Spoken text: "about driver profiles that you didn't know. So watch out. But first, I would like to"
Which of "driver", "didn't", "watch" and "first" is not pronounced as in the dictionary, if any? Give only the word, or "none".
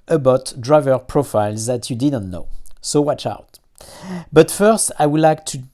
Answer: none